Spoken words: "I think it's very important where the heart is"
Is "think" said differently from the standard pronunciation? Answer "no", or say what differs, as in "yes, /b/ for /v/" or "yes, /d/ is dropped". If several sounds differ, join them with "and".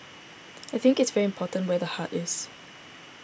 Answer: no